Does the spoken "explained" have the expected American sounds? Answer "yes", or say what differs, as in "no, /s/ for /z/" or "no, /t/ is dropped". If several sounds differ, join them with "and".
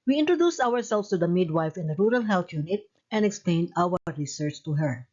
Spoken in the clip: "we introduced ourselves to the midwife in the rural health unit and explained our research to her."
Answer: yes